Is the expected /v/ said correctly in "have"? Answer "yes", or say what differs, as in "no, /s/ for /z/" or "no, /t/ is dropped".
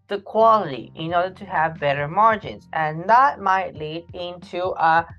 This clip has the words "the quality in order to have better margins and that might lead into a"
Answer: yes